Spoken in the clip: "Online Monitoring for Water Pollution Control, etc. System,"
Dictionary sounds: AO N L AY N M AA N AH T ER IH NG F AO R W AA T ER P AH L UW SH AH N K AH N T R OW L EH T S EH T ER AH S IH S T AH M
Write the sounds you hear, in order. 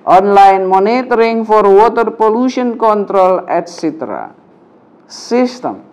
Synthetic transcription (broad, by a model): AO N L AY N M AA N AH T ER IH NG F AO R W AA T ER P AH L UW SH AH N K AH N T R OW L EH T S EH T ER AH S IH S T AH M